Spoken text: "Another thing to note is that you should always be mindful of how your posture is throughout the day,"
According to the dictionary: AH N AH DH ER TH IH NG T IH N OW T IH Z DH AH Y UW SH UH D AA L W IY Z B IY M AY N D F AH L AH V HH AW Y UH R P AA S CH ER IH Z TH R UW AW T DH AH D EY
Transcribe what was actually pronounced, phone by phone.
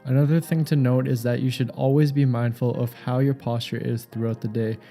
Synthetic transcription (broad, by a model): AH N AH DH ER TH IH NG T IH N OW T IH Z DH AH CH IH SH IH D AA L W IY Z B IY M AY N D F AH L AH V HH AW Y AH R P AA S CH ER IH Z TH R UW AW T DH AH D EY